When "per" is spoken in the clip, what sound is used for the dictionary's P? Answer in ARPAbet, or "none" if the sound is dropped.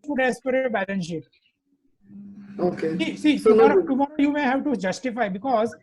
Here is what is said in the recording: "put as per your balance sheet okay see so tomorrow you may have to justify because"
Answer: P